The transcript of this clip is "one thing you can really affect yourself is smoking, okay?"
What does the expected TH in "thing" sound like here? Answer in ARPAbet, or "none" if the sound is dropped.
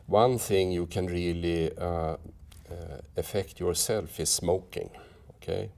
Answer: TH